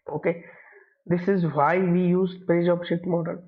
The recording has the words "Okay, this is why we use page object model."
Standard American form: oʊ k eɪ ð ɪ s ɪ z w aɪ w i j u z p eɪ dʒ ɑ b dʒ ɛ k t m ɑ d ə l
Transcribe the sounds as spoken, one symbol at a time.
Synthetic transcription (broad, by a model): oʊ k eɪ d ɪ s ɪ z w aɪ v i j u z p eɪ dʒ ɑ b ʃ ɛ t m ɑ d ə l